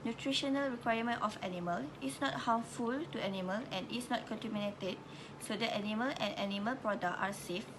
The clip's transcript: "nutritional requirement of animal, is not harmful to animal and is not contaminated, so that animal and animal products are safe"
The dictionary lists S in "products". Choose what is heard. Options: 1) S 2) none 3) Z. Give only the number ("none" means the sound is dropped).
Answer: 2